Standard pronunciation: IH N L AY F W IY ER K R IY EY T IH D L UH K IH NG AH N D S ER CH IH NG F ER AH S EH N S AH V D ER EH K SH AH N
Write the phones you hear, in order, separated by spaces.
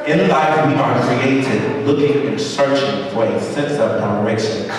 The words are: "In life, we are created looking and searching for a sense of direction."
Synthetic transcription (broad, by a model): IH N L AY F W IY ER K R IY EY T IH D L UH K IH NG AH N S ER CH IH NG F ER AH S EH N S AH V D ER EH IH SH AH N